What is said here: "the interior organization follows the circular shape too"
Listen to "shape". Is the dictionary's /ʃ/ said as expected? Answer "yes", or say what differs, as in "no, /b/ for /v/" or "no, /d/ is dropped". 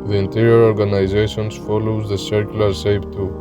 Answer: no, /s/ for /ʃ/